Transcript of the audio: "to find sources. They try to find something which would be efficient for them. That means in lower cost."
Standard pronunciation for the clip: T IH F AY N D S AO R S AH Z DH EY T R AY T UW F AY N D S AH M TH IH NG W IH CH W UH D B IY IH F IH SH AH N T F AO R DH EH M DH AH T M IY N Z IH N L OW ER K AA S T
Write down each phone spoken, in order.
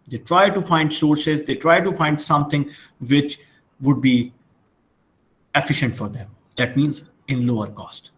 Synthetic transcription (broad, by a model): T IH F AY N D S AO R S AH Z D EY T R AY T UW F AY N D S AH M T IH NG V IH CH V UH D B IY IH F IH SH AH N T F AO R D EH M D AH T M IY N Z IH N L OW ER K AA S T